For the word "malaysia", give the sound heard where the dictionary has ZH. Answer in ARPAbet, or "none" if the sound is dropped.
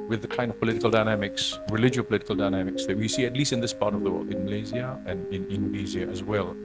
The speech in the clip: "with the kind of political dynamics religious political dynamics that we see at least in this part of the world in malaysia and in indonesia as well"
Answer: Z